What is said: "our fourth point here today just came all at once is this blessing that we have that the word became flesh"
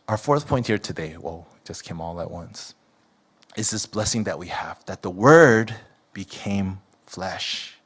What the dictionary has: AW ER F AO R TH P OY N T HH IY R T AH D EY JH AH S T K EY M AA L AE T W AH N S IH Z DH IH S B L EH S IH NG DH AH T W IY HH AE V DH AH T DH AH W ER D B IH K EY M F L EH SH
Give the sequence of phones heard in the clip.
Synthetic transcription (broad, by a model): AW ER F AO R TH P OY N T HH IY R T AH D EY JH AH S K EY M AA L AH T W AH N S IH Z DH IH S B L EH S IH NG DH AH T W IY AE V DH AH T DH AH W ER D B IH K EY M F L EH SH